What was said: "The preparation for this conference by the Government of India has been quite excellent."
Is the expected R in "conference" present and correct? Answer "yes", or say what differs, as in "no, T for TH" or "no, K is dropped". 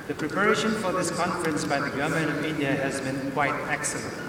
yes